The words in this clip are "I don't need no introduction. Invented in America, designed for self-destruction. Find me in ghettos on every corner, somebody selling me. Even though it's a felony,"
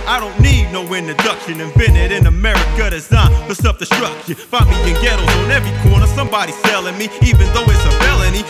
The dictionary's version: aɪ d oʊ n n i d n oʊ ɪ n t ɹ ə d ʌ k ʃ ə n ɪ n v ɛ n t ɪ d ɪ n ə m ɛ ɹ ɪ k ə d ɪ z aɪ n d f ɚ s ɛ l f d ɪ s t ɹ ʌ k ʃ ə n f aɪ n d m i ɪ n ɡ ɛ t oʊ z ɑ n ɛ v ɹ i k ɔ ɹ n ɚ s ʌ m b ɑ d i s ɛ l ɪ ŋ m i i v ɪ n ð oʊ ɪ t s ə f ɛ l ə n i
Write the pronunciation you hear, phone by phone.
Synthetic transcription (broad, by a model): aɪ d oʊ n n i d n oʊ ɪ n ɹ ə d ʌ k ʃ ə n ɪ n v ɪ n ɪ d ɪ n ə m ɛ ɹ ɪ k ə d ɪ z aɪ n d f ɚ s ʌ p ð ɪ s t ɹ ʌ k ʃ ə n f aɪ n m i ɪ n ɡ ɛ t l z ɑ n ɛ v ɹ i k ɔ ɹ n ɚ s ʌ m b ɑ d i s ɛ l ɪ ŋ m i i v ɪ n ð oʊ ɪ t s ə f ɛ l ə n i